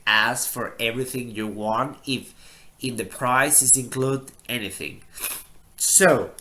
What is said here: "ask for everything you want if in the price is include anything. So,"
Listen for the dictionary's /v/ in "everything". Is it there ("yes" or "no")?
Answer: yes